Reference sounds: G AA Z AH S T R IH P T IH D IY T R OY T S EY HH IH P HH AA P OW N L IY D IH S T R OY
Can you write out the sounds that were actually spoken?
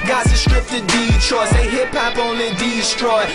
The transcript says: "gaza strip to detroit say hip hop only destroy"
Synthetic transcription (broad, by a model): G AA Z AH S T R IH P T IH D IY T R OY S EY HH IH P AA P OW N IY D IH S T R OY